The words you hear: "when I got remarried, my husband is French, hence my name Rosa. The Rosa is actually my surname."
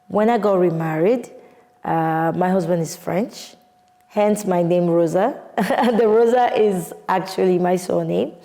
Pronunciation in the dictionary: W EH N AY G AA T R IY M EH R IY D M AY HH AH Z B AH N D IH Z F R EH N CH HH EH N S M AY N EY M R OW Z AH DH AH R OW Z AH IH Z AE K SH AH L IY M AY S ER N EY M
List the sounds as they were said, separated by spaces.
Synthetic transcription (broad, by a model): W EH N AY G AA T R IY M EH R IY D M AY HH AH Z B AH N D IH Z F R EH N CH HH EH N S M AY N EY M R OW Z AH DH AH R OW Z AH IH Z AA K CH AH L IY M AY S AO N EY M